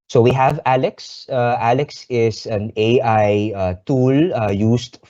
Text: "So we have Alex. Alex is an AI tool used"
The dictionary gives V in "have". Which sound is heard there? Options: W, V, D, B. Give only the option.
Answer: V